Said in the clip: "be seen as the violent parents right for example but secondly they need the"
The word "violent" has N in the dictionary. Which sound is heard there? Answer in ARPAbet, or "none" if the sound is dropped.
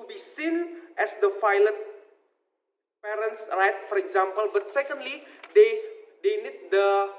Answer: none